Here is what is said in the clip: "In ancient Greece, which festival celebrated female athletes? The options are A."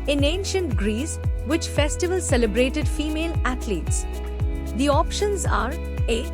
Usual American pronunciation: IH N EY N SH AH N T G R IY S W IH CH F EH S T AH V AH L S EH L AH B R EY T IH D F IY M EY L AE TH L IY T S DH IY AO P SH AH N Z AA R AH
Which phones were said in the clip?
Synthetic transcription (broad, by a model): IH N EY N SH AH N T G R IY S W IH CH F EH S T AH V AH L S EH L AH B R EY T IH D F IY M EY L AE T L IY T S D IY AO P SH AH N Z AA R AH